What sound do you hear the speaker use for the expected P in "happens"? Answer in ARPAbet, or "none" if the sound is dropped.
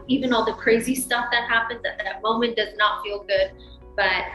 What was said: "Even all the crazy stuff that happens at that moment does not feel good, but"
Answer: P